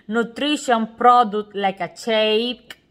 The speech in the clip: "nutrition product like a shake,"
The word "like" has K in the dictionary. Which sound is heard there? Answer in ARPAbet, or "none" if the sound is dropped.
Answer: K